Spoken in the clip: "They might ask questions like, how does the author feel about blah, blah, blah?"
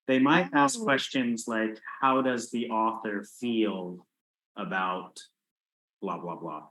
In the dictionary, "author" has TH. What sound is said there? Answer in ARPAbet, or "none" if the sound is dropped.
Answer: TH